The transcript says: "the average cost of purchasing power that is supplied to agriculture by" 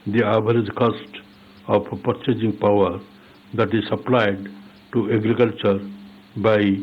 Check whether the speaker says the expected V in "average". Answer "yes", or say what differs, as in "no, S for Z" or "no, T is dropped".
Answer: no, B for V